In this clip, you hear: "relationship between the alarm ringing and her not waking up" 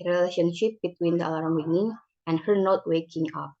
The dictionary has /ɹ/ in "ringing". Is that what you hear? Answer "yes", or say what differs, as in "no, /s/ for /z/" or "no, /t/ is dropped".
no, /w/ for /ɹ/